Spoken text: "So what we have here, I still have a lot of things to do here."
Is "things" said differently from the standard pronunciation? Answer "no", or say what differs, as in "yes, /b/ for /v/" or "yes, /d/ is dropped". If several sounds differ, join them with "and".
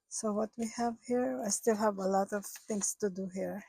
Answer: yes, /t/ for /θ/ and /s/ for /z/